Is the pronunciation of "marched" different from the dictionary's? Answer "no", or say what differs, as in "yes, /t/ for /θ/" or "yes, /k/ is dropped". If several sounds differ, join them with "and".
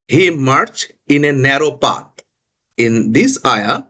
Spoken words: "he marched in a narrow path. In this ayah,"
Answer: yes, /t/ is dropped